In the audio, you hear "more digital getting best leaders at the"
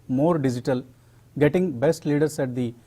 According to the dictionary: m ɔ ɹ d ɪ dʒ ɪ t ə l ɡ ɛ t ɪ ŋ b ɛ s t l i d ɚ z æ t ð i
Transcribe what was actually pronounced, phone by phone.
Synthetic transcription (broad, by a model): m ɔ ɹ d ɪ dʒ ɪ t ə l ɡ ɛ t ɪ ŋ b ɛ s t l i d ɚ s æ t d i